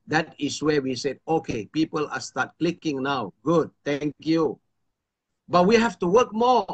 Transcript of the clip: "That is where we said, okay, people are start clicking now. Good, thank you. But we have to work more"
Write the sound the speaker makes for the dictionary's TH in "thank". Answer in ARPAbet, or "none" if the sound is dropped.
T